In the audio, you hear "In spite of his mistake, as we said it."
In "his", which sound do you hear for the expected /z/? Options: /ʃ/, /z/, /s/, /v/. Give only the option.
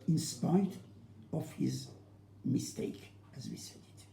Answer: /z/